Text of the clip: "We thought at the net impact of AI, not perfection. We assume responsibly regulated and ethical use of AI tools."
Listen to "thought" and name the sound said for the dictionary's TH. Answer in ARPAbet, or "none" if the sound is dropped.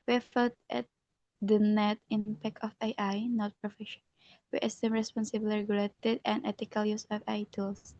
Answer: F